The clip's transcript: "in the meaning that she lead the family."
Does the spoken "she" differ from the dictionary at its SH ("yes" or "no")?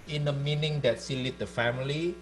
yes